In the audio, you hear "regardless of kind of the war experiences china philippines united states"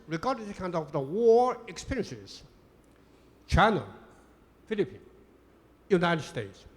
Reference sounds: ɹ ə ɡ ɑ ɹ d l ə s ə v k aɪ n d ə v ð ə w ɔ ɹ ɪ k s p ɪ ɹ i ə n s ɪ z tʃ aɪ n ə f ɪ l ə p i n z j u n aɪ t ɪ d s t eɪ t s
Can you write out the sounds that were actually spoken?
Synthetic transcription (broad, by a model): ɹ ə ɡ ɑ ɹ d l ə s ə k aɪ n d ə v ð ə w ɔ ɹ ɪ k s p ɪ ɹ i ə n s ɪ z tʃ aɪ n ə f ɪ l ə p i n j u n aɪ t ɪ d s t eɪ t s